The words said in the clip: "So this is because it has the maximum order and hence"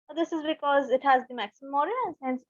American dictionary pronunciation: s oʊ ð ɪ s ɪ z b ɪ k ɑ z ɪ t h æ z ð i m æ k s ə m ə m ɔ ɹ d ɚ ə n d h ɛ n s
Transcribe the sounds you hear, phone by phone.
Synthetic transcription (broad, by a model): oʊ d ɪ s ɪ z b ɪ k ɑ z ɪ t h æ z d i m æ k s ə m ə m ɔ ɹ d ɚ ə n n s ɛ n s